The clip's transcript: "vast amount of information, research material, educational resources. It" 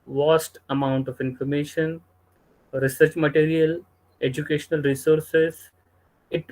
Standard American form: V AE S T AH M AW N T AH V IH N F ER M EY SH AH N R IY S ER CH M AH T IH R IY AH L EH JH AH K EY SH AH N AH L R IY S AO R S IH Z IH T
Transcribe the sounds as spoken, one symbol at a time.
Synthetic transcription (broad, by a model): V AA S T AH M AW N T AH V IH N F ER M EY SH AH N R IY S ER CH M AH T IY R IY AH L EH JH AH K EY SH AH N AH L R IY S AO R S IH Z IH T